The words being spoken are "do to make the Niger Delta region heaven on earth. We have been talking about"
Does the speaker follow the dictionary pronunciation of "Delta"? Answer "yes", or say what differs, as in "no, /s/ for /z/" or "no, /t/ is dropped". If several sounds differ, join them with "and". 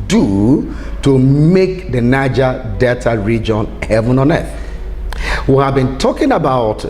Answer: no, /l/ is dropped